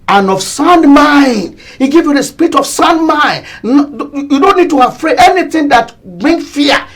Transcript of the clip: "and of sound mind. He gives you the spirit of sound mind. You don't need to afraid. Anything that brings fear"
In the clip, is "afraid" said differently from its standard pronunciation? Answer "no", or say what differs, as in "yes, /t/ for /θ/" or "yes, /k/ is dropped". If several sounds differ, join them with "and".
yes, /d/ is dropped